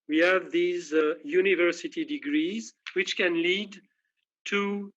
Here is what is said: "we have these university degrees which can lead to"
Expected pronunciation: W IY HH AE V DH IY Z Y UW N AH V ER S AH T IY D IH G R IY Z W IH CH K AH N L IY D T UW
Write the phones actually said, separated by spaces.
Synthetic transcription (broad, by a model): W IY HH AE V DH IY Z Y UW N AH V ER S AH T IY D IH G R IY Z W IH CH K AH N L IY D T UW